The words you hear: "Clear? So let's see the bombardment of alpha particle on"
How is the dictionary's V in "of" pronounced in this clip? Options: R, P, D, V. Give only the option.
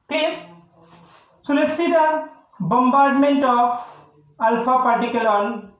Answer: P